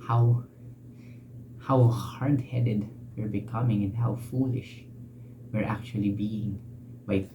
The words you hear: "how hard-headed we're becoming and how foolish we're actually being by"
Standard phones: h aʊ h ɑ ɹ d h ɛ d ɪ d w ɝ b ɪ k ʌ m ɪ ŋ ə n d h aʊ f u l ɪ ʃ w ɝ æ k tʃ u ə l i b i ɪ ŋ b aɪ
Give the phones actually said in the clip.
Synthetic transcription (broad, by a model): h aʊ h ɑ ɹ d h ɛ d ɪ d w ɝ b ɪ k ʌ m ɪ ŋ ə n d h aʊ f u l ɪ ʃ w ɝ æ k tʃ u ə l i b i ɪ ŋ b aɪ